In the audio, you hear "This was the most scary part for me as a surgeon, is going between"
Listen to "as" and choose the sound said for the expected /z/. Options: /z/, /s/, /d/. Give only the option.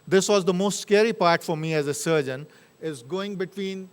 /z/